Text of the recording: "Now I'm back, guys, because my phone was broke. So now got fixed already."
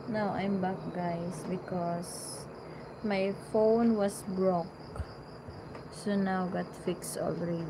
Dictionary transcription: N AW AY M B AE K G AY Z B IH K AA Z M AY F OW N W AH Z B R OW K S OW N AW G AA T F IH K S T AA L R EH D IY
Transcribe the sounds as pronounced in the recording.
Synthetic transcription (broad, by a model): N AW AY M B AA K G AY S B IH K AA S M AY F OW N W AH S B R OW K S OW N AW G AA T F IH K S T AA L R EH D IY